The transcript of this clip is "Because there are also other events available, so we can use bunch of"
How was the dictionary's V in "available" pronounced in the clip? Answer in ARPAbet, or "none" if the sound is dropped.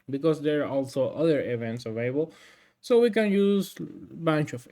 V